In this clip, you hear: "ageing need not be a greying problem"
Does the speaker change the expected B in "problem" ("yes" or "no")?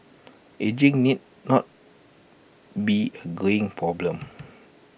no